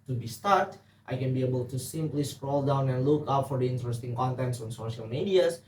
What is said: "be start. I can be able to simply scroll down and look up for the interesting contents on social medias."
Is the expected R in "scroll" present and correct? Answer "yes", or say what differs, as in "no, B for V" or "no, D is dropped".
yes